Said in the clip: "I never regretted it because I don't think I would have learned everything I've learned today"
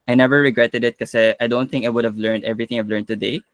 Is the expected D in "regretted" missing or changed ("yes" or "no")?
no